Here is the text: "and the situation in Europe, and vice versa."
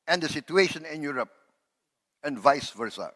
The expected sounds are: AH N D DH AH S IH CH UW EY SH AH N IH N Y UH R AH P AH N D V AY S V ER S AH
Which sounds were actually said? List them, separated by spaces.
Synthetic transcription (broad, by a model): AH N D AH S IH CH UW EY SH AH N IH N Y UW R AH P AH N V AY S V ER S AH